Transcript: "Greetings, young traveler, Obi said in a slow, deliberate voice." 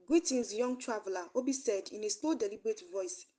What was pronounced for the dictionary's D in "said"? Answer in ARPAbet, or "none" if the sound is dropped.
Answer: D